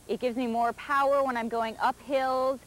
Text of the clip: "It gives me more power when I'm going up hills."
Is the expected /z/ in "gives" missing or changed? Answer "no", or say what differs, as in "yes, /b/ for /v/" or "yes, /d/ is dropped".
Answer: no